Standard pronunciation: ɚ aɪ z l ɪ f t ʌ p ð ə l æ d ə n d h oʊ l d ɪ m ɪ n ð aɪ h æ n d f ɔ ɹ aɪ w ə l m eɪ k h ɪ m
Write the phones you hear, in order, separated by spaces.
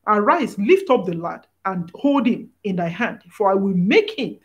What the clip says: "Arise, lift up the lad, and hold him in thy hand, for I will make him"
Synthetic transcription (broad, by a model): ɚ aɪ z l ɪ f t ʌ p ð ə l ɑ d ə n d h oʊ l d ɪ m ɪ n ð aɪ h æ n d f ɔ ɹ aɪ w ə l m eɪ k h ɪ m